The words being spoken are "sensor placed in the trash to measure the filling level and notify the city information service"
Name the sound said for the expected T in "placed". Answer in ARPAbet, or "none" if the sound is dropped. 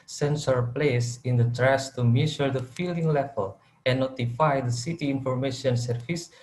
none